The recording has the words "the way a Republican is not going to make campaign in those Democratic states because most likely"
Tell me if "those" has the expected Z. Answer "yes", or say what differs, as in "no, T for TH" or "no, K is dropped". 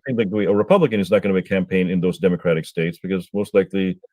yes